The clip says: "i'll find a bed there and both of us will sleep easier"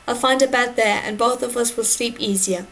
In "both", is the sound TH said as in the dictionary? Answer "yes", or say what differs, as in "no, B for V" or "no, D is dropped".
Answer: yes